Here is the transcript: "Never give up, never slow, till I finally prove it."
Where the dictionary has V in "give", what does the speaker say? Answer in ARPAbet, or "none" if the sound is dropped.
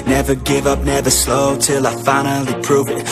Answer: V